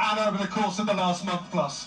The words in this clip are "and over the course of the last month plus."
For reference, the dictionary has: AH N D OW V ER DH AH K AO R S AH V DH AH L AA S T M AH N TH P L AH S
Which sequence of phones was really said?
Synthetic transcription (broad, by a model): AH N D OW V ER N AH K AO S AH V DH AH L AA S T M AH N TH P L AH S